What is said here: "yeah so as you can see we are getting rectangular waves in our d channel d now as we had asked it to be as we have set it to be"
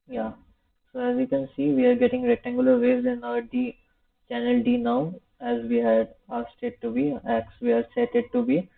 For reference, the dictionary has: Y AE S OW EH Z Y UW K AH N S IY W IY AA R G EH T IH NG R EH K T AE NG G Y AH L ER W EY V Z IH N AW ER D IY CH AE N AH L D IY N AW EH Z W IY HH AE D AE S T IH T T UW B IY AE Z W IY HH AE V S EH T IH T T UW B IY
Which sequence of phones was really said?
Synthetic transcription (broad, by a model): Y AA S OW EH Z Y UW K AH N S IY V IY AA R G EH T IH NG R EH T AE NG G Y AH L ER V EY Z IH N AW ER D IY CH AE N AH L D IY N AW EH Z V IY HH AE D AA S T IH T T UW B IY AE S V IY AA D S EH T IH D T UW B IY